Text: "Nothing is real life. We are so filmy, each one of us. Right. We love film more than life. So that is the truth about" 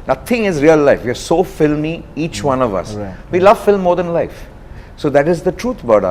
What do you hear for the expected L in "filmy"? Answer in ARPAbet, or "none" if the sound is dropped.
L